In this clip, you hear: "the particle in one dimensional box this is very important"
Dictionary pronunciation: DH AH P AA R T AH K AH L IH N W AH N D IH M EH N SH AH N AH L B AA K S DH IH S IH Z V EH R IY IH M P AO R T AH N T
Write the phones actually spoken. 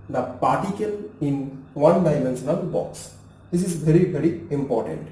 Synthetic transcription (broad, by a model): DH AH P AA R T AH K AH L IH N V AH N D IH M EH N S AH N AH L B AA K S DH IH S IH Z V EH R IY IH M P AO R T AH N T